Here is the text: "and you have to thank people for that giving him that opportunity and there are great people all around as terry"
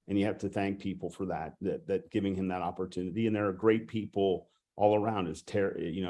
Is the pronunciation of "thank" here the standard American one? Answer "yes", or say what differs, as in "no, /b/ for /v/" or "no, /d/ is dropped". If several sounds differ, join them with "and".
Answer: yes